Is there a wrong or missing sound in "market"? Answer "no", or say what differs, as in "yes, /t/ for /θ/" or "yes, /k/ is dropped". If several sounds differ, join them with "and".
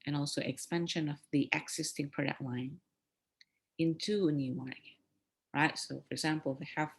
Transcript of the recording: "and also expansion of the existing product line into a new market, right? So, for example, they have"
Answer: yes, /k/ is dropped